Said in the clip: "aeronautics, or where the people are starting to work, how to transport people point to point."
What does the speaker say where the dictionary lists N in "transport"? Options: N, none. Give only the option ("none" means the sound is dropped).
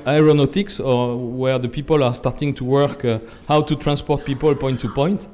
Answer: N